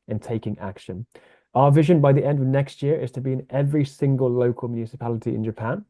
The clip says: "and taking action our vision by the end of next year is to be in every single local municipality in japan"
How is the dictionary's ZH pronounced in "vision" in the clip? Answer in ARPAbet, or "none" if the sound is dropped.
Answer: ZH